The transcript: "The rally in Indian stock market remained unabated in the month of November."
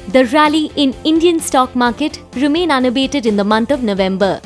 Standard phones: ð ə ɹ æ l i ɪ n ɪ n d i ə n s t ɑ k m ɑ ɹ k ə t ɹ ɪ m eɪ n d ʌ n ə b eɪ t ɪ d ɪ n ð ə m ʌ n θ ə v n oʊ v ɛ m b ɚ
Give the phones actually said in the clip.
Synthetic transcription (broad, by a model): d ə ɹ æ l i ɪ n ɪ n d i ə n s t ɑ k m ɑ ɹ k ə t ɹ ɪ m eɪ n ʌ n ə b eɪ t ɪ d ɪ n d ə m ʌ n t ə v n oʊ v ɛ m b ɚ